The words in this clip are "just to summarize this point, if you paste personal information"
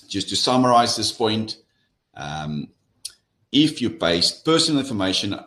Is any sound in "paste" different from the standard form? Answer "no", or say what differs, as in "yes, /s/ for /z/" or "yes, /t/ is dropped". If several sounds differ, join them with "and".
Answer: yes, /b/ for /p/